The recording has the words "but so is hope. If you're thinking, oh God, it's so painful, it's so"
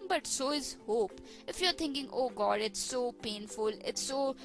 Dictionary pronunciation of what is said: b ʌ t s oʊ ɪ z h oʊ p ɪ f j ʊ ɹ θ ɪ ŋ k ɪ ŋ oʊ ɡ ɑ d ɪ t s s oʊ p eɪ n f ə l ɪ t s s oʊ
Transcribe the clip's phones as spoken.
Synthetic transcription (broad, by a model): b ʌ t s oʊ ɪ z h oʊ p ɪ f j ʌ ɹ t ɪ ŋ k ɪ ŋ oʊ ɡ ɑ d ɪ t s s oʊ p eɪ n f ə l ɪ t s s oʊ